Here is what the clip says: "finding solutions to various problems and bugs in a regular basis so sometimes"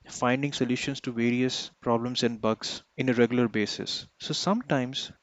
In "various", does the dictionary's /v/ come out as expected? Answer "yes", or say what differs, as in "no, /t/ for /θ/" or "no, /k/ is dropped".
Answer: yes